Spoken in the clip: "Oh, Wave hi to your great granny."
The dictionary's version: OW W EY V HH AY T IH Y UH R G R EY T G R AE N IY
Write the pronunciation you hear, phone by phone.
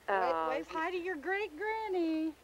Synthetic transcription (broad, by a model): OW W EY F HH AY T IH Y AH R G R EY T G R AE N IY